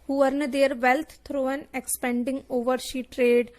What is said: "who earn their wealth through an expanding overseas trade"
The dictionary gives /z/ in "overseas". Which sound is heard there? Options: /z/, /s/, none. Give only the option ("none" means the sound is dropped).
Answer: none